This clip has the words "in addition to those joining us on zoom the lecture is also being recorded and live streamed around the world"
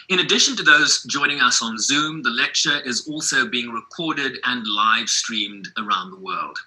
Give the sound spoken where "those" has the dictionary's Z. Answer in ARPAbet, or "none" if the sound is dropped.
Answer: Z